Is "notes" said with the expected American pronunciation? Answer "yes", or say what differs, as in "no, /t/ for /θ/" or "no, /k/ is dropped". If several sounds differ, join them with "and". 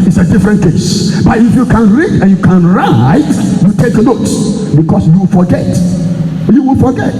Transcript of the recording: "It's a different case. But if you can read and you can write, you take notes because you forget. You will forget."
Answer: no, /s/ is dropped